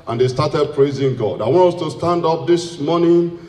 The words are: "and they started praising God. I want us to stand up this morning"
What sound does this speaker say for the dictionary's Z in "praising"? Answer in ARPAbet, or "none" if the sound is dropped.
Z